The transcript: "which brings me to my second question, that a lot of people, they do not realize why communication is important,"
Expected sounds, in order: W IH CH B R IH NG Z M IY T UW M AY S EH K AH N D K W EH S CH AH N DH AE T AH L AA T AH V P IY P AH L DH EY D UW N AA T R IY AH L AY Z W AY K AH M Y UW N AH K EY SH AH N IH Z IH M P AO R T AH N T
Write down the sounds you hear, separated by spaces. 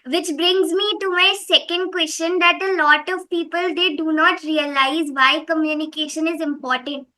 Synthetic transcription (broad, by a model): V IH CH B R IH NG Z M IY T UW M AY S EH K AH N D K W EH S CH AH N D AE T AH L AA T AH V P IY P AH L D EY D UW N AA T R IY AH L AY Z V AY K AH M Y UW N AH K EY SH AH N IH Z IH M P AO R T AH N T